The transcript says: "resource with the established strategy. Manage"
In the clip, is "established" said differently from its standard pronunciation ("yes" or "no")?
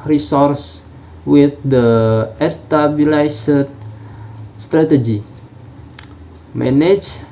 yes